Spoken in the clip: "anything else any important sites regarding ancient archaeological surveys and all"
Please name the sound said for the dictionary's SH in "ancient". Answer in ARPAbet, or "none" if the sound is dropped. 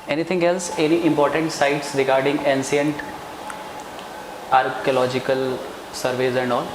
S